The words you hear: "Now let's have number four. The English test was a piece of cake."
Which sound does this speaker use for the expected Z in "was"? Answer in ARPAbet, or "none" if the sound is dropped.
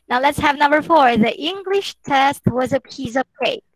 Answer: Z